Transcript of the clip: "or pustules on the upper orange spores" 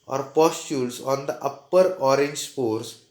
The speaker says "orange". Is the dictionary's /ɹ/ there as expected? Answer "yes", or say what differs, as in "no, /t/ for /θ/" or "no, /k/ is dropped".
yes